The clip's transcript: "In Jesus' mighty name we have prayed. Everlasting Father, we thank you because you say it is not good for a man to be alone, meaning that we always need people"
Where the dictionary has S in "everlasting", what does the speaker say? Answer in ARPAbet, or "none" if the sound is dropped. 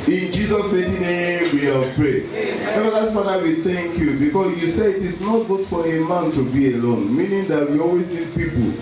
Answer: none